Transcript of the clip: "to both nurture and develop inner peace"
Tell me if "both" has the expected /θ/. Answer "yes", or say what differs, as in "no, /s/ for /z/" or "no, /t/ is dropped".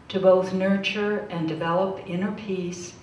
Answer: yes